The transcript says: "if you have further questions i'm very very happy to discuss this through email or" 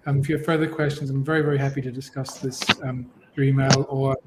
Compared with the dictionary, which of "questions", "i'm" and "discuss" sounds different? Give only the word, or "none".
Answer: none